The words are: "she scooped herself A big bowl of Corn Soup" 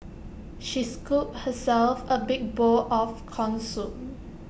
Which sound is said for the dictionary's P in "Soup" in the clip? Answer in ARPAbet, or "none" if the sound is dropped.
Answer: none